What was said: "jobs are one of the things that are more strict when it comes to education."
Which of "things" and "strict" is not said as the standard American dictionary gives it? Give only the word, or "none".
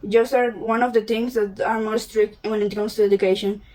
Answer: things